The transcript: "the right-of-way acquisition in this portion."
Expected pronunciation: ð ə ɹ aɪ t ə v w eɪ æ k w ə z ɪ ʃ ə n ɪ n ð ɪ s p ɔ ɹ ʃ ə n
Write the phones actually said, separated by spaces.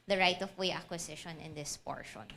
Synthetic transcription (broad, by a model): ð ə ɹ aɪ t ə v w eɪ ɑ k w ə s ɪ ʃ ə n ɪ n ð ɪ s p ɔ ɹ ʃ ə n